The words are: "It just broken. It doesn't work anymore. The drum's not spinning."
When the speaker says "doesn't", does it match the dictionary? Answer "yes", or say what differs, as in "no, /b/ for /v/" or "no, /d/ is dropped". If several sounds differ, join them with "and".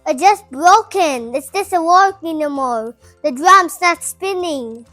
no, /s/ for /z/